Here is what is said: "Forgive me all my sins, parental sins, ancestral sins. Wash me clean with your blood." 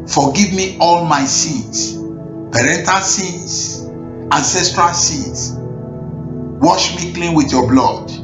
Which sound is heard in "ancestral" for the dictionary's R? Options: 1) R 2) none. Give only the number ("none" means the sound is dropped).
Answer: 1